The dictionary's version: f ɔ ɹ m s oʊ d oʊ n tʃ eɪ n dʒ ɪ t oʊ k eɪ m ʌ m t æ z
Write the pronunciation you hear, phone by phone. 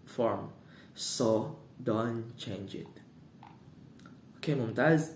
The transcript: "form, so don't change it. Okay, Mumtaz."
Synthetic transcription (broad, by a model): f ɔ ɹ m s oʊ d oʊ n tʃ eɪ n dʒ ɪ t oʊ k eɪ m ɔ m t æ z